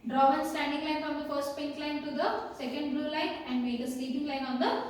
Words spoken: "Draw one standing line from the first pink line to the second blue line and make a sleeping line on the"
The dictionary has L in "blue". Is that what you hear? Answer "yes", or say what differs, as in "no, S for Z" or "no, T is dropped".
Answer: yes